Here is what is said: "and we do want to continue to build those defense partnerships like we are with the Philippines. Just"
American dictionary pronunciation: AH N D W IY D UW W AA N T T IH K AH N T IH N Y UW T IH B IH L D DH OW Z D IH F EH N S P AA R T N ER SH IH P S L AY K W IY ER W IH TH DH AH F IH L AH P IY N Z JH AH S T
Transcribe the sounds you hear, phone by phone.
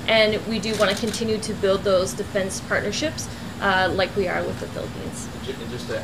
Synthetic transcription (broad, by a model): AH N W IY D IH W AA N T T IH K AH N T IH N Y UW T IH B IH L D DH OW Z D IH F EH N S P AA R T N ER SH IH P S L AY K W IY ER W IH DH AH F IH L AH P IY N Z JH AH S